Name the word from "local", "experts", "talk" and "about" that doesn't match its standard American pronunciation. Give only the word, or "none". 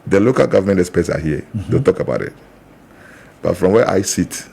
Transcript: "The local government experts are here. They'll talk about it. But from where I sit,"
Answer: experts